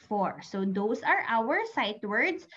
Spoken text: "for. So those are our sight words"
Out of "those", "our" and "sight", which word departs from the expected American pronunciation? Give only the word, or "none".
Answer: those